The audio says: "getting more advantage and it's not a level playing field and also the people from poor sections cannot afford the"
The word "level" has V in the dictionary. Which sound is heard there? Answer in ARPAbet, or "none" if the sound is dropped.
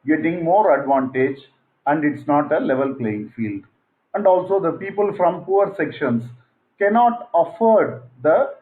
V